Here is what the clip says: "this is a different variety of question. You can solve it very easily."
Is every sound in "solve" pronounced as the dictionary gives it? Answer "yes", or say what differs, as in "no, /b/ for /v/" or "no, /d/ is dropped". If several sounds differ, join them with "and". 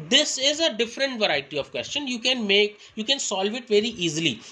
yes